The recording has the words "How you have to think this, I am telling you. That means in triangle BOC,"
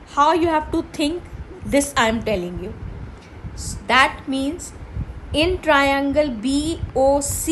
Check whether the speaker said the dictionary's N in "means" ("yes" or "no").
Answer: yes